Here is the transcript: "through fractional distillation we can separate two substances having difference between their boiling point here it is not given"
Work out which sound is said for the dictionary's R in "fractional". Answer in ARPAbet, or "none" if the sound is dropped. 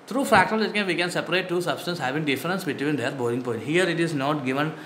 none